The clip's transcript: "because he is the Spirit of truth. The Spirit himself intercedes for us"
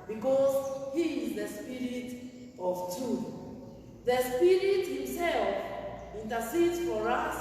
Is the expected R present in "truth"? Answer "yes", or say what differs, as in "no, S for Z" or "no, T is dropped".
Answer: no, R is dropped